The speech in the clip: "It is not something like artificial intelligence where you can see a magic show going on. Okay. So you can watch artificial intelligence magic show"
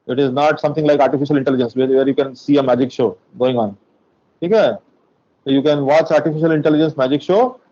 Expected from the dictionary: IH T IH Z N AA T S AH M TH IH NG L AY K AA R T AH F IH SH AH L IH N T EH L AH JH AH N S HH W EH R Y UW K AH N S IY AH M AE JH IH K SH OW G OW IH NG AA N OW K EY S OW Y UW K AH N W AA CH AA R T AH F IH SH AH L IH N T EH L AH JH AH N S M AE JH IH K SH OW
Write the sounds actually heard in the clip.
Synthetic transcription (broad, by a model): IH T IH Z N AA T S AH M T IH NG L AY K AA R T AH F IH SH AH L IH N T EH L AH JH AH N S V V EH R Y UW K AH N S IY AH M AE JH IH K SH OW G OW IH NG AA N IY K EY S OW Y UW K AH N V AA CH AA R T AH F IH SH AH L IH N T EH L AH JH AH N S M AE JH IH K SH OW